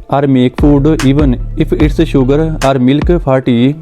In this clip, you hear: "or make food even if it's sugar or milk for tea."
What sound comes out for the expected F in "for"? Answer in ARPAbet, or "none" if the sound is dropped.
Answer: P